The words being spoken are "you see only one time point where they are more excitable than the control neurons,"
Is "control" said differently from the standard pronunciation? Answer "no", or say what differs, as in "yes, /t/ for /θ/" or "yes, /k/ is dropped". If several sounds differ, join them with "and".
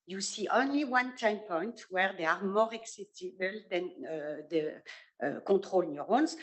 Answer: yes, /n/ is dropped